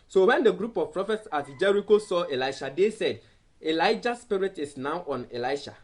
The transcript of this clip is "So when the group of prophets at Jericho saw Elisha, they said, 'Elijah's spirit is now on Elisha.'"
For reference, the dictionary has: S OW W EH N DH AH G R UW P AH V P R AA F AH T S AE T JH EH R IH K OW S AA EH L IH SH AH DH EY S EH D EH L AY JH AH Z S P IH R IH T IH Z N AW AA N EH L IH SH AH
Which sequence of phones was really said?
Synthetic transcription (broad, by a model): S OW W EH N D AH G R UW P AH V P R AA F AH T S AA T JH EH R IH K OW S AA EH L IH SH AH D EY S EH D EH L AY JH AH S P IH R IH T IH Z N AW AA N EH L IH SH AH